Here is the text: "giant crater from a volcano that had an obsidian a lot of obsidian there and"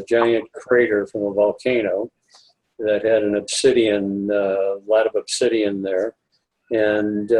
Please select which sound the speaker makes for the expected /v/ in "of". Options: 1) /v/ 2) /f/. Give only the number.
1